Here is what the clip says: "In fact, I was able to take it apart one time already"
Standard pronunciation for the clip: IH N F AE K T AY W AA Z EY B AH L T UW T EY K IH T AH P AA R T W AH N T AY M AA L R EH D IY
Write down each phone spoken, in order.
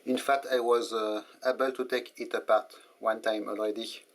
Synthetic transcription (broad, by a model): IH N F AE K T AY W AA Z EY B AH L T UW T EY K IH T AH P AA R T W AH N T AY M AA L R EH D IY